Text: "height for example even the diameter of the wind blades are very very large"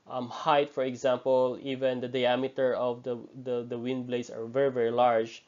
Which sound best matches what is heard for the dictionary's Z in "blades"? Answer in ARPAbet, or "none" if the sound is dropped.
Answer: S